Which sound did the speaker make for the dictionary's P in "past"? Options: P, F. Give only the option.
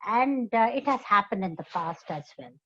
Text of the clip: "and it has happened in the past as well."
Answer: F